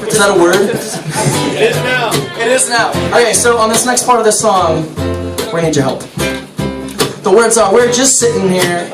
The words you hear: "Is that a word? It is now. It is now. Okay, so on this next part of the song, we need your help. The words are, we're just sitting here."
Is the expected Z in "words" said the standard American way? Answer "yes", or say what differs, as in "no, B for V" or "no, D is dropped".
no, S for Z